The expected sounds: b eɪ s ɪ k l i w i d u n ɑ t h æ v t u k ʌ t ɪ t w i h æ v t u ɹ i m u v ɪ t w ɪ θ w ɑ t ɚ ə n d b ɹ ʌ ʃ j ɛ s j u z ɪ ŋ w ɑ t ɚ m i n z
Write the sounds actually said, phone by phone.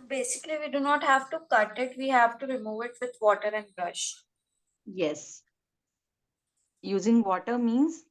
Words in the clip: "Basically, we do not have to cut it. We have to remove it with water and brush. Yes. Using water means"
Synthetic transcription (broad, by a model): b eɪ s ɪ k l i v i d u n ɑ t h æ v t u k ʌ t ɪ t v i h æ v t u ɹ i m u v ɪ t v ɪ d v ɑ t ɚ ə n d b ɹ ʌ ʃ j ɛ s j u z ɪ ŋ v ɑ t ɚ m i n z